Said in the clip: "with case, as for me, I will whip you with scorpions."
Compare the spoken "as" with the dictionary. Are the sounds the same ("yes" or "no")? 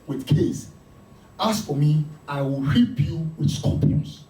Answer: no